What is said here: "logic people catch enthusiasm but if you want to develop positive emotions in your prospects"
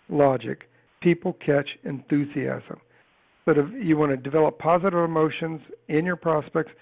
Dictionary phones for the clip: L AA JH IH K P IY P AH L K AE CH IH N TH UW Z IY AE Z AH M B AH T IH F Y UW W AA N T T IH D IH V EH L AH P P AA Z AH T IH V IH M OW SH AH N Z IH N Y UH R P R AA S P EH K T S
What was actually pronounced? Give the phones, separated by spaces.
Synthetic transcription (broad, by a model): L AA JH IH K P IY P L K AE CH IH N TH UW Z IY AE Z AH M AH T IH F Y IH W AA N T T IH D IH V EH L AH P P AA Z AH T IH V IH M OW SH AH N Z IH N Y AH R P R AA S P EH K T S